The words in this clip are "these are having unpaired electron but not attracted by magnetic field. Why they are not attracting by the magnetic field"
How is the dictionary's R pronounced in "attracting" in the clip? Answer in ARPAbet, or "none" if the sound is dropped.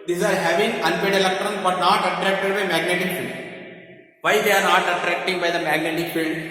R